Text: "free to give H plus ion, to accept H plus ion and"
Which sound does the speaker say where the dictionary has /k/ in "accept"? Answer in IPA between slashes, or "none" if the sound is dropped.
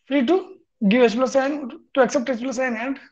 /k/